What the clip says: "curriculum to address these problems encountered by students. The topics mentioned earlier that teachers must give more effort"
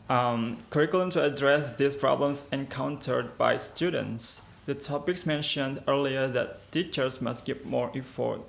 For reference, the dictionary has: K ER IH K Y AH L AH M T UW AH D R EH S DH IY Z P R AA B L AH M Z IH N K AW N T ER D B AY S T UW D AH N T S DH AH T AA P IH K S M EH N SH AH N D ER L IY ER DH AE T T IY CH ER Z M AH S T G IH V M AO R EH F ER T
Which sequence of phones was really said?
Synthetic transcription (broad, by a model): K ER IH K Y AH L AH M T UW AH D R EH S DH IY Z P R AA B L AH M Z IH N K AW N T ER D B AY S T UW D AH N T S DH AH T AA P IH K S M EH N SH AH N D ER L IY ER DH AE T T IY CH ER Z M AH S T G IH P M AO R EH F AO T